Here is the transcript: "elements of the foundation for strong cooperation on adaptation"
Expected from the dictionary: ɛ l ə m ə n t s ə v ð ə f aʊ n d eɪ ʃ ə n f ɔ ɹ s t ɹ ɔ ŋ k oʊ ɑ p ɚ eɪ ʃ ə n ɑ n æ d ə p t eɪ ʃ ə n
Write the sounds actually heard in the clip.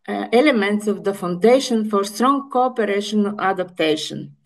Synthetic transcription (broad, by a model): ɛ l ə m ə n t s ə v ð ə f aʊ n d eɪ ʃ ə n f ɔ ɹ s t ɹ ɔ ŋ k oʊ ɑ p ɚ eɪ ʃ ə n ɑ l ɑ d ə p t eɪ ʃ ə n